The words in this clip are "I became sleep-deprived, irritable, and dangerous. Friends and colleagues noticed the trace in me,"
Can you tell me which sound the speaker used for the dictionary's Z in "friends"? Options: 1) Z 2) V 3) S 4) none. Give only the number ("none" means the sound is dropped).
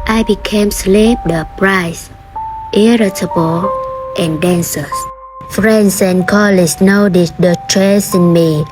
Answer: 3